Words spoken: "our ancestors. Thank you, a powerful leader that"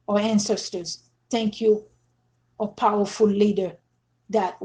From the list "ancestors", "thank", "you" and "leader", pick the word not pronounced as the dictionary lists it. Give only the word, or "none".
none